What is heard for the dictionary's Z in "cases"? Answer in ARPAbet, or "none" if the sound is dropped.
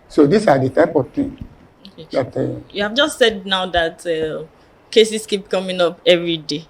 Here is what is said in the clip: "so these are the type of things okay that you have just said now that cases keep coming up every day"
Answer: S